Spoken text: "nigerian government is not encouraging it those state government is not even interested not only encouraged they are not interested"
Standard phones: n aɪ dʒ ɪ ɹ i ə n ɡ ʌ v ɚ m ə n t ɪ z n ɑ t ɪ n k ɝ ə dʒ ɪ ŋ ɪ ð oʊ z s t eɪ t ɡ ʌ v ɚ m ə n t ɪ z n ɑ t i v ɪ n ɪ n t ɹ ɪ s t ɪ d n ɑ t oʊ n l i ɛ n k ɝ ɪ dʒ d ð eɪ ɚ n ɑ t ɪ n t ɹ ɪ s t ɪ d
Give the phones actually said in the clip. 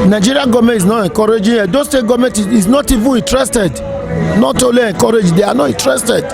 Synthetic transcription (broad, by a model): n aɪ dʒ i ɹ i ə ɡ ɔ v m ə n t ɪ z n ɑ t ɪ k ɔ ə dʒ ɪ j ɪ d oʊ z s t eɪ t ɡ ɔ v m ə n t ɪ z n ɑ t i v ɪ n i n t ɹ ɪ s t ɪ d n ɑ t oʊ l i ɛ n k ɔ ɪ dʒ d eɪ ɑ n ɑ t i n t ɹ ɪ s t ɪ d